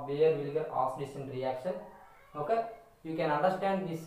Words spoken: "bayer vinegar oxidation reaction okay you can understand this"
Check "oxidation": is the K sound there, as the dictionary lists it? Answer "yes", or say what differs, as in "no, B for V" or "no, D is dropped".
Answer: no, K is dropped